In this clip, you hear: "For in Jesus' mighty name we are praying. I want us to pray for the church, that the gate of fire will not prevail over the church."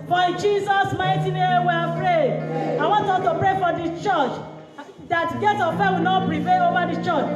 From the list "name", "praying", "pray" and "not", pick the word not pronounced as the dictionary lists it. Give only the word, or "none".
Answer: praying